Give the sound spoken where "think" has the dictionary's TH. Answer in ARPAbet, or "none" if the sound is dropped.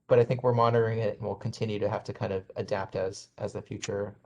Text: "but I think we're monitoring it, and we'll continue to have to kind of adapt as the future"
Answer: TH